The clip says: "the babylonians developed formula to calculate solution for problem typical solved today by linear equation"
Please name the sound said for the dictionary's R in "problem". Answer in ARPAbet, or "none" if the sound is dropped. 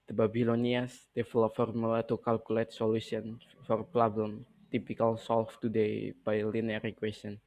L